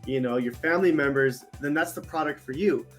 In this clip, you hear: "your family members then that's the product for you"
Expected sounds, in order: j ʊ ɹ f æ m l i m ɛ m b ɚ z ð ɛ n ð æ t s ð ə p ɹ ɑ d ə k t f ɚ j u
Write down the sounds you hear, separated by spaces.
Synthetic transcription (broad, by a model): j ʊ ɹ f æ m l i m ɛ m b ɚ z ð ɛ n ð æ t s ð ə p ɹ ɑ d ə k t f ɚ j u